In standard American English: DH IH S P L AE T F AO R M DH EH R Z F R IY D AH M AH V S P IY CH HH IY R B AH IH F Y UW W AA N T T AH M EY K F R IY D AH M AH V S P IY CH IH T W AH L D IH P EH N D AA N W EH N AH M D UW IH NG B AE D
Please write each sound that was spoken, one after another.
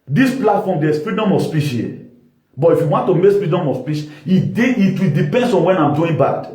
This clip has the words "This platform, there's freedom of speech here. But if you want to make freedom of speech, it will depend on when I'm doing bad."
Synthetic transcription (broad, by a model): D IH S P L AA T F AO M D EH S F R IY D AH M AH S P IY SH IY L B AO IH F Y UW W AA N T T AH M EY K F R IY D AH M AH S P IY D IH T W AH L D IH P EH N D AA N W EH N AH M D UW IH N B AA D